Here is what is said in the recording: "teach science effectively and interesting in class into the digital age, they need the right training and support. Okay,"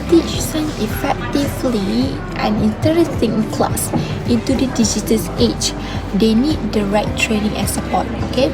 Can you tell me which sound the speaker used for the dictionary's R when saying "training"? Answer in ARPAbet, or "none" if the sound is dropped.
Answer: R